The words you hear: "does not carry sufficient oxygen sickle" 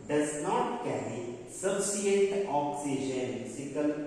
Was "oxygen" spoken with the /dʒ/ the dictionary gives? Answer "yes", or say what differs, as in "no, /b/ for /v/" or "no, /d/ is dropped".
no, /ʃ/ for /dʒ/